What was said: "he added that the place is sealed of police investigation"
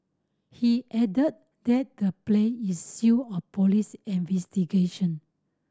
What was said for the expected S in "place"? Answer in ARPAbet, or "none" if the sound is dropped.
none